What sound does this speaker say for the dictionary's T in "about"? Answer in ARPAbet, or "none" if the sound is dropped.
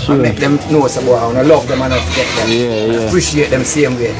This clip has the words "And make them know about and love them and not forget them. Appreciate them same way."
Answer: none